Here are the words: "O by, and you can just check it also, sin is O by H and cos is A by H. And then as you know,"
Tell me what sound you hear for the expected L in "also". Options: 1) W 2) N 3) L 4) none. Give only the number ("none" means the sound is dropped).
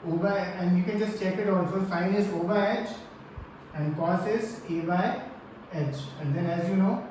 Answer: 2